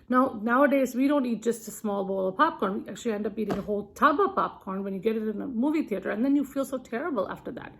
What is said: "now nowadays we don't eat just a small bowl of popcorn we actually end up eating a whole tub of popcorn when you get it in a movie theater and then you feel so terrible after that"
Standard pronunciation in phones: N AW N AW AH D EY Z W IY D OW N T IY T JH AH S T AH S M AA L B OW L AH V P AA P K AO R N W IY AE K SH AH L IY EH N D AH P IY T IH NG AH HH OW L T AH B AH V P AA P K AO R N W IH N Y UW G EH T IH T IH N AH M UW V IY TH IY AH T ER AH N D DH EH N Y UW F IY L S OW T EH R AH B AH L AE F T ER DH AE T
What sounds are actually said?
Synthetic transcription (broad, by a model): N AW N AW AH D EY Z W IY D OW N T IY T JH AH S T AH S M AA L B OW L AH V P AA P K AO R N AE K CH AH L IY EH N D AH P IY T IH NG AH HH OW L T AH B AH P AA P K AO R N W IH N Y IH G EH T IH T IH N AH M UW V IY TH IY AH T ER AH N DH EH N Y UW F IY L S OW T EH R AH B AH L AE F T ER DH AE T